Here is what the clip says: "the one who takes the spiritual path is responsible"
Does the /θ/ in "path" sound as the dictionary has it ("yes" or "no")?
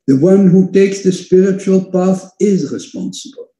yes